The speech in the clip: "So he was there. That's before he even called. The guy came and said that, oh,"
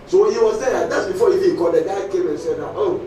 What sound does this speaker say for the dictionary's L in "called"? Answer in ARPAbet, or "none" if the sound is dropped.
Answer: none